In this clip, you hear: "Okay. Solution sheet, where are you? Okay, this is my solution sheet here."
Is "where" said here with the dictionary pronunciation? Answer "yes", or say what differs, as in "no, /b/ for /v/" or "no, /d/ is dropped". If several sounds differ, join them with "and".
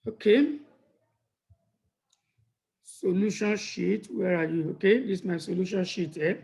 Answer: yes